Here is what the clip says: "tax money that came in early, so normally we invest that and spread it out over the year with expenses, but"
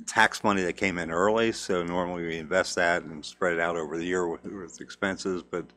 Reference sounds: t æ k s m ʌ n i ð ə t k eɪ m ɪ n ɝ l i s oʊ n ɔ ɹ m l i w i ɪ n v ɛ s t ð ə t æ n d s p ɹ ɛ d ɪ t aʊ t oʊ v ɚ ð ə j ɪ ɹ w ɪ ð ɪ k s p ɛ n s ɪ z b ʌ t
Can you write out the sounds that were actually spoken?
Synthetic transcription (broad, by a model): t æ k s m ʌ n i ð ə t k eɪ m ɪ n ɝ l i s oʊ n ɔ ɹ m l i w i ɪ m v ɛ s t ð ə t n s p ɹ ɛ d ɪ t aʊ t oʊ v ɚ ð ə j ɪ ɹ w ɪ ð ɪ k s p ɛ n s ɪ z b ʌ t